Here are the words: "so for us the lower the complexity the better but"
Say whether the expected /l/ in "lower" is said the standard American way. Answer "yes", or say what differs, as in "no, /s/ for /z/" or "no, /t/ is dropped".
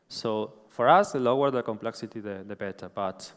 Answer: yes